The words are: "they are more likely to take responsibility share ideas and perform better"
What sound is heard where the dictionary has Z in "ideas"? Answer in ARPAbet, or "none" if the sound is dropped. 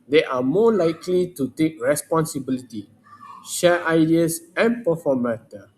S